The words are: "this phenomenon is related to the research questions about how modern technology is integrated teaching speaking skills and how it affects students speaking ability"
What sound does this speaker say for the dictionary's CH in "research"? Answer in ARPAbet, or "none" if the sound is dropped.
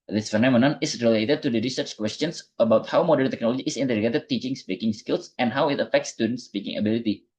CH